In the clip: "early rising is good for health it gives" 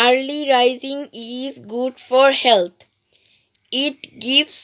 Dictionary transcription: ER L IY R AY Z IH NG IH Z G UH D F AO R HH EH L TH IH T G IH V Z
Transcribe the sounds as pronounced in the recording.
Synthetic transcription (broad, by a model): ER L IY R AY Z IH NG IH Z G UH D F AO R HH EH L T IH T G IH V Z